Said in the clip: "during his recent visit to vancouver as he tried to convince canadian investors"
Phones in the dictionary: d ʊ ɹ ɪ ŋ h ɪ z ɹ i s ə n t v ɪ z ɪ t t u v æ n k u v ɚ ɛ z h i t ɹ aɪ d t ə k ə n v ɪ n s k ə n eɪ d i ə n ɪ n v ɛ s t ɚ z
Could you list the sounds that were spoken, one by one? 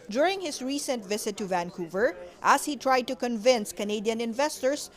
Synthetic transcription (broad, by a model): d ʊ ɹ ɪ ŋ h ɪ s ɹ i s ə n t v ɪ s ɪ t t u v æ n k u v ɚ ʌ s h i t ɹ aɪ d t ə k ə n v ɪ n s k ə n eɪ d i ə n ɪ n v ɛ s t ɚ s